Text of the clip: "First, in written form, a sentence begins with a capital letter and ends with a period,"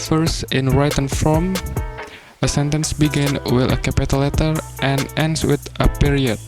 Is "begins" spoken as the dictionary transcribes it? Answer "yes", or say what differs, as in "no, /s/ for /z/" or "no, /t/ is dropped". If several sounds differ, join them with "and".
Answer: no, /z/ is dropped